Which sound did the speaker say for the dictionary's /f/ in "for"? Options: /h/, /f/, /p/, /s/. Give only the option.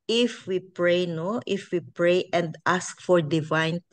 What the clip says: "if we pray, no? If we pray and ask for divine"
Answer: /f/